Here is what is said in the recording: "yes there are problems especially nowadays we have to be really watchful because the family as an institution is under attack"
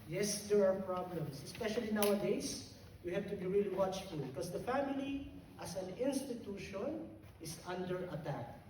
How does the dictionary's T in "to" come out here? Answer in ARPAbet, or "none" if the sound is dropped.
T